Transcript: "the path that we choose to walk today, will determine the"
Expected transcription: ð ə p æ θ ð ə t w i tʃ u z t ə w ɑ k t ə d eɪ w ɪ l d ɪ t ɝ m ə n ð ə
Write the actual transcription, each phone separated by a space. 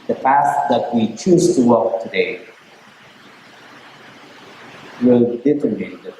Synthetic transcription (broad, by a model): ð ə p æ t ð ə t w i tʃ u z t ə w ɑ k t ə d eɪ w ɪ l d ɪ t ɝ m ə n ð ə